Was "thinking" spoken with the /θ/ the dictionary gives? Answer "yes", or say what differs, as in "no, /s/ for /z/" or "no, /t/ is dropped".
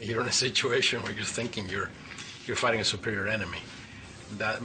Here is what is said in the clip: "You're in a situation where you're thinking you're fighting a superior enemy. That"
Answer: yes